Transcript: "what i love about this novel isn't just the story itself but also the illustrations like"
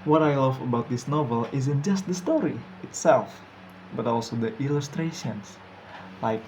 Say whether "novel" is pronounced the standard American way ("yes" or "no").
yes